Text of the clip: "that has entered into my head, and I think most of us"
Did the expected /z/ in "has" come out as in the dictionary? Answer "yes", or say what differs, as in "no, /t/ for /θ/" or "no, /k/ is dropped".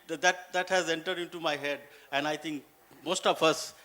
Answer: yes